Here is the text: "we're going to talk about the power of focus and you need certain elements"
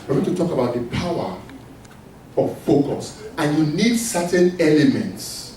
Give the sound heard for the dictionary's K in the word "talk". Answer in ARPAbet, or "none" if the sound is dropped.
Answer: K